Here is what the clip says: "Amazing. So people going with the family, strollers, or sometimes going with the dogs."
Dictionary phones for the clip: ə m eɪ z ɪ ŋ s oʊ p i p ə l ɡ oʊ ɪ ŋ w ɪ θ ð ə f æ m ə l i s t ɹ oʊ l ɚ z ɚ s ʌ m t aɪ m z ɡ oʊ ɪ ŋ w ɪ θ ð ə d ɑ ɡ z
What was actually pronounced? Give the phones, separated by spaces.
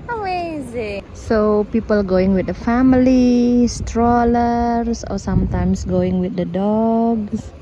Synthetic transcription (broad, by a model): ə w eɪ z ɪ s oʊ p i p ə l ɡ oʊ ɪ ŋ w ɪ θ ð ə f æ m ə l i s t ɹ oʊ l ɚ s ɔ s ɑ m t aɪ m s ɡ oʊ ɪ ŋ w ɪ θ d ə d ɑ ɡ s